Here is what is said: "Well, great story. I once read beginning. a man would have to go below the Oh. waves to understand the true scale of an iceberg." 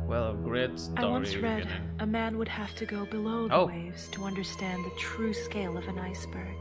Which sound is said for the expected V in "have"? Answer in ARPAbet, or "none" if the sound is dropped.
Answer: F